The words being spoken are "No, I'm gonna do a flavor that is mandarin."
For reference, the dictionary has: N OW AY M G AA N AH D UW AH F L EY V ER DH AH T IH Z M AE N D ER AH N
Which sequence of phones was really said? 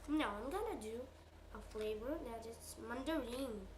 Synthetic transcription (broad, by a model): N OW AY M G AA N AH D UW AH F L EY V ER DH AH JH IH S M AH N D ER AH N